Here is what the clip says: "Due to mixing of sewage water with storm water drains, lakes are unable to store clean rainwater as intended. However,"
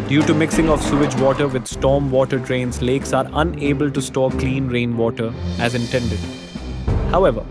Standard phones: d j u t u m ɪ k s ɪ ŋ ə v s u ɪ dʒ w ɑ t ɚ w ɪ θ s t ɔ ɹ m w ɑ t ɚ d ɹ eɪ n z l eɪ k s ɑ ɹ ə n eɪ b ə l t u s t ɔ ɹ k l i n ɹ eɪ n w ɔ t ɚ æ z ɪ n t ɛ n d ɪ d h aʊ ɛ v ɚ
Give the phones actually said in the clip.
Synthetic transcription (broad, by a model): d j u t u m ɪ k s ɪ ŋ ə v s u ɪ dʒ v ɑ t ɚ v ɪ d s t ɔ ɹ m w ɑ t ɚ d ɹ eɪ n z l eɪ k s ɑ ɹ ə n eɪ b ə l t u s t ɔ k l i n ɹ eɪ n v ɔ t ɚ æ z ɪ n t ɛ n d ɪ d h aʊ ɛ v ɚ